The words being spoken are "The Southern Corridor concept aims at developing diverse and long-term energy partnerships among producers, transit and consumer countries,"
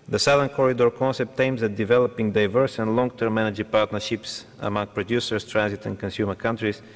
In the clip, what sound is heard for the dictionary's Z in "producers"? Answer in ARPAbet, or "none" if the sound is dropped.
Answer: S